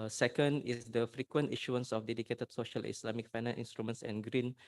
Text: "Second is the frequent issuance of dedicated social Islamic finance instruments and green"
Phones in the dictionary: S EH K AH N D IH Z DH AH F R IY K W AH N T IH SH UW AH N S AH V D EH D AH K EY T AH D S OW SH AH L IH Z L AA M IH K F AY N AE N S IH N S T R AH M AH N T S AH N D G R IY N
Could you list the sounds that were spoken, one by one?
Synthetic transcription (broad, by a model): S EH K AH N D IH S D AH F R IY K W AH N T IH SH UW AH N S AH F D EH D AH K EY T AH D S OW SH AH L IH S L AA M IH K F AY N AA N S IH N S T R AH M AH N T S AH N G R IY N